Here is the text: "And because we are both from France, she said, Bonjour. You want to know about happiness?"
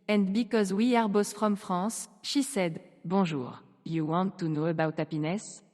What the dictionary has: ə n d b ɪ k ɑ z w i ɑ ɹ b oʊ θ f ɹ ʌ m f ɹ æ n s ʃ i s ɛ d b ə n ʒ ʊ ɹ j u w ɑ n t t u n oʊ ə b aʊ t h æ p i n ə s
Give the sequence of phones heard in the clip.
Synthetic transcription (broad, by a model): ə n d b ɪ k ɑ z w i ɑ ɹ b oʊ s f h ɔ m f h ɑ s ʃ i s ɛ d b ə ʒ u ɹ j u w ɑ n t t u n oʊ ə b aʊ t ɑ p i n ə s